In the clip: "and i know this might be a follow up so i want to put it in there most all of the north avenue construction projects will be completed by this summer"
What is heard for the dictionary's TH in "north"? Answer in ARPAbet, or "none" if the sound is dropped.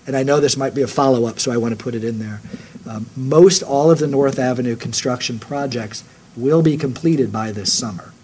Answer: TH